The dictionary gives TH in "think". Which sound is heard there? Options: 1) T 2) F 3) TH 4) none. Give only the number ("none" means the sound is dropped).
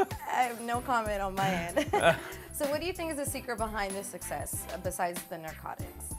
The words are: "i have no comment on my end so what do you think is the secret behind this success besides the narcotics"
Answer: 3